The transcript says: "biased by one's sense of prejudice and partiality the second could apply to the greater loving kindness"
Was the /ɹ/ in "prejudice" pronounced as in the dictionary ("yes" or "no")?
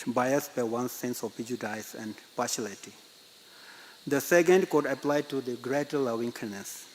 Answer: no